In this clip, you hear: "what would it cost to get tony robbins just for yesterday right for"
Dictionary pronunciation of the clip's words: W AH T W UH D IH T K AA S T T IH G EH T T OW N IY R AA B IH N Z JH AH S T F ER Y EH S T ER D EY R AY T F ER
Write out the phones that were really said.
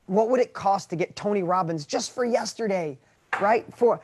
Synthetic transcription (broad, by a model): W AH T W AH D IH T K AA S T T IH G EH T T OW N IY R AA B IH N Z JH AH S T F ER Y EH S T ER D EY R AY T F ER